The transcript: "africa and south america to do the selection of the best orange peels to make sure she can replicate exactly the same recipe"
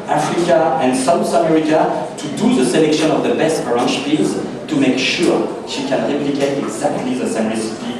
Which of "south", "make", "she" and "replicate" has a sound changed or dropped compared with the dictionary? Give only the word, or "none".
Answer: south